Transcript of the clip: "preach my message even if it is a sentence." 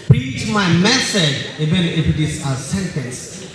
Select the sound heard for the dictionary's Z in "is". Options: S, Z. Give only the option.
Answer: S